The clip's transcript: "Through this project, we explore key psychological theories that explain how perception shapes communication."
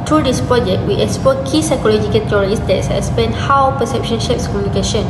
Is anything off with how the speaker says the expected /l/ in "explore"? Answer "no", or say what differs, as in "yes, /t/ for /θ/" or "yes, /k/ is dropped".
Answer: yes, /l/ is dropped